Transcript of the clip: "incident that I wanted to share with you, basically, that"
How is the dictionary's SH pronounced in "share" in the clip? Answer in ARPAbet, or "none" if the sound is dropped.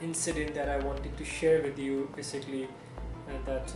SH